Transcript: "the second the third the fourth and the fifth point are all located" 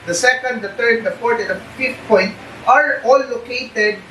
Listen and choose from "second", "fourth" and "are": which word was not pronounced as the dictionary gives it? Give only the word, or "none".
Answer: fourth